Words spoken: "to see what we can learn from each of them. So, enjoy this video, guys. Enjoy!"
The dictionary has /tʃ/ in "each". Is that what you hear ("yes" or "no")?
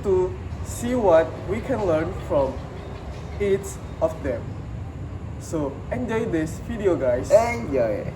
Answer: no